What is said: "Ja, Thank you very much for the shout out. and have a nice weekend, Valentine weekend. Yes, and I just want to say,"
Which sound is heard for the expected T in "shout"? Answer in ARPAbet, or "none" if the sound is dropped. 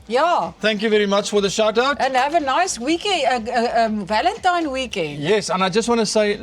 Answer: T